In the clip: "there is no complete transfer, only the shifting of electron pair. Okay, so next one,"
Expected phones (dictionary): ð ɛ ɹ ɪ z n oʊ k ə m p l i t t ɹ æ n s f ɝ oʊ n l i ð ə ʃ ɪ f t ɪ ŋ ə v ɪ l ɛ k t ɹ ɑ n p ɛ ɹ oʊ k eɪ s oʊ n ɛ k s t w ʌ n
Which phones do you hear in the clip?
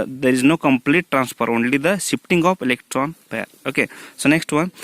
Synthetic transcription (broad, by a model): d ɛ ɹ ɪ z n oʊ k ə m p l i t t ɹ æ n s p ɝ oʊ n l i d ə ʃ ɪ p t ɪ ŋ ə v ɪ l ɛ k t ɹ ɑ n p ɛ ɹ oʊ k eɪ s oʊ n ɛ k s t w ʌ n